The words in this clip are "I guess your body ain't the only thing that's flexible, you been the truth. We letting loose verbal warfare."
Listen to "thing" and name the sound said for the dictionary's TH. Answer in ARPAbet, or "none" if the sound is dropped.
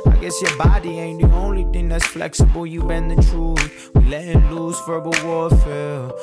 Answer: TH